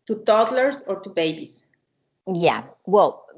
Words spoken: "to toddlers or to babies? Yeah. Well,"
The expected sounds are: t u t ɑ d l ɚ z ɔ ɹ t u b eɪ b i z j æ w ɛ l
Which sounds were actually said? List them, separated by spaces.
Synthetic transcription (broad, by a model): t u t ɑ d l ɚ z ɔ ɹ t u b eɪ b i s j æ w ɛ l